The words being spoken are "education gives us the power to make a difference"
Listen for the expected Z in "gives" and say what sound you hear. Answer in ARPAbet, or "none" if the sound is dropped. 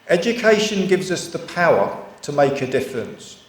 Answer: Z